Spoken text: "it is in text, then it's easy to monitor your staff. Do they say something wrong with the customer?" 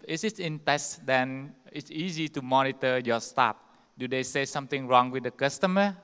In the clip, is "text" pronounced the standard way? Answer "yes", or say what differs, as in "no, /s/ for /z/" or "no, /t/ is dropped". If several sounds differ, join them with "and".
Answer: no, /k/ is dropped